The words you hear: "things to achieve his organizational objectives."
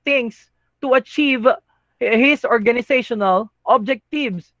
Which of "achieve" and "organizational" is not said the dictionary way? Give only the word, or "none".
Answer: organizational